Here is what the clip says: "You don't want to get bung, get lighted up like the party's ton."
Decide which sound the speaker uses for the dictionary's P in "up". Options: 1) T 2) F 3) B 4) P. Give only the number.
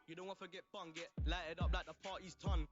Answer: 4